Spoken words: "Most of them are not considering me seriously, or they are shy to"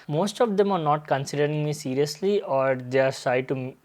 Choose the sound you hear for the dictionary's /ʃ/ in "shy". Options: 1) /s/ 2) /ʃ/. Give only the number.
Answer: 1